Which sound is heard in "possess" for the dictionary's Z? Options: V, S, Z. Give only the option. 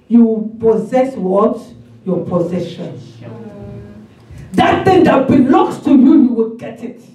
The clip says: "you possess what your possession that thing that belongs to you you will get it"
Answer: Z